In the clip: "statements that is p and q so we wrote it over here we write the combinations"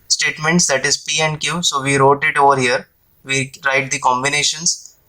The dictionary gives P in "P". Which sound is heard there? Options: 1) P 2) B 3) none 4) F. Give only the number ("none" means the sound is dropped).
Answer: 1